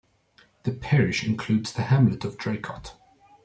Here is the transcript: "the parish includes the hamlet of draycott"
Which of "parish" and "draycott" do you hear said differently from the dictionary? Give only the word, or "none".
none